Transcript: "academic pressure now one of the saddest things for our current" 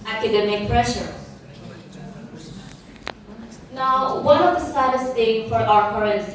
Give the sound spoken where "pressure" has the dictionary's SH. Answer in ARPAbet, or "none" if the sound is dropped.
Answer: SH